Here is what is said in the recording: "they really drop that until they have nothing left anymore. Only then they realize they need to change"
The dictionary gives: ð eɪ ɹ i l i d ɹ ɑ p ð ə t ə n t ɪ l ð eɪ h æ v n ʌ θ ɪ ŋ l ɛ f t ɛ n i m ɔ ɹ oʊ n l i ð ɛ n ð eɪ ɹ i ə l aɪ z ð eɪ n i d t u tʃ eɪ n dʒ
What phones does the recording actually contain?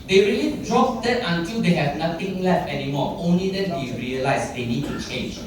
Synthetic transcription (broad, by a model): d eɪ ɹ i l i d ɹ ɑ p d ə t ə n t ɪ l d eɪ h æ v n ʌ t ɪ ŋ l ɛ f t ɛ n i m ɔ ɹ oʊ n l i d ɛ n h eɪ ɹ i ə l aɪ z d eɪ n i d t u tʃ eɪ n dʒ